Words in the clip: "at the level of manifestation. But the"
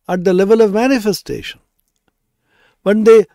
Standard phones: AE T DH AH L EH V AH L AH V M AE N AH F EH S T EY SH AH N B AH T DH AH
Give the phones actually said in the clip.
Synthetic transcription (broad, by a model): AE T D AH L EH V AH L AH V M AE N AH F EH S T EY SH AH N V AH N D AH